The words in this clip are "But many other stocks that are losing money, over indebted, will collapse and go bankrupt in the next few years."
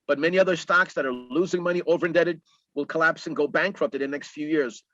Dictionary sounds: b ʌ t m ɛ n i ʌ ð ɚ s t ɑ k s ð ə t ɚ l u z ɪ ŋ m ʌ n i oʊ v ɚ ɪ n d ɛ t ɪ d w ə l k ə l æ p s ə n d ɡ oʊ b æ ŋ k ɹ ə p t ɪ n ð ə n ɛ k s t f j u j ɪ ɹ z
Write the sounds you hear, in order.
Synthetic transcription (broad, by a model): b ʌ t m ɛ n i ʌ ð ɚ s t ɑ k s ð ə t ɚ l u z ɪ ŋ m ʌ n i oʊ v ɚ ɪ n d ɛ t ɪ d w ə l k ə l æ p s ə n ɡ oʊ b æ ŋ k ɹ ə p t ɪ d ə n ɛ k s t f j u j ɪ ɹ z